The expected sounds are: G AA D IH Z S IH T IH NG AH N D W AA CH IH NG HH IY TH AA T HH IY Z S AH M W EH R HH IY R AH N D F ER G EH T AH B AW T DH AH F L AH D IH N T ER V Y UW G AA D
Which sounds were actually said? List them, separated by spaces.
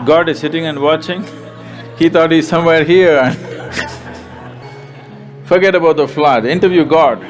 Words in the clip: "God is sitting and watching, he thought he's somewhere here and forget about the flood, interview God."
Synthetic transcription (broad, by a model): G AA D IH Z S IH T IH NG AH N D W AA CH IH NG HH IY T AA T HH IY Z S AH M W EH R HH IY R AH N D F ER G EH T AH B AW T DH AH F L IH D IH N T ER V Y UW G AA D